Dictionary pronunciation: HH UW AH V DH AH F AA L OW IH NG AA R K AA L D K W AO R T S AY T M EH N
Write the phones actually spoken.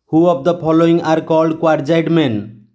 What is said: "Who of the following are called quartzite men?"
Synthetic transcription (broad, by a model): HH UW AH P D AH P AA L OW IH NG AA R K AA L D K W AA R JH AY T M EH N